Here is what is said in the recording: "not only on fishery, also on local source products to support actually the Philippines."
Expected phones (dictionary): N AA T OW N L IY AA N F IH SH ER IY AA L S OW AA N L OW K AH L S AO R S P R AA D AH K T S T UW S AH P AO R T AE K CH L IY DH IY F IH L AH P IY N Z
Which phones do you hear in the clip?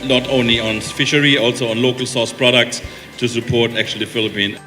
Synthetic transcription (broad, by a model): N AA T OW N L IY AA N F IH SH ER IY AA L S OW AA N L OW K AH L S AO S P R AA D AH K T S T UW S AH P AO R T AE K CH IY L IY F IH L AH P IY N